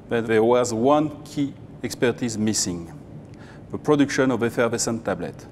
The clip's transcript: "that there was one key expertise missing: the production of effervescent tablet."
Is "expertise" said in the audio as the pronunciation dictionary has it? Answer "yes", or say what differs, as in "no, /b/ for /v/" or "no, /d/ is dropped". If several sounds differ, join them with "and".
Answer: yes